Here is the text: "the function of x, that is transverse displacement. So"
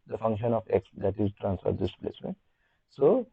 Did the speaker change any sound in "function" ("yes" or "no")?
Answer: no